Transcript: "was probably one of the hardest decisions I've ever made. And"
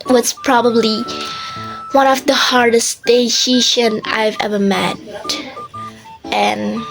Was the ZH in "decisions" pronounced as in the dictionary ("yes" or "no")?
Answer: no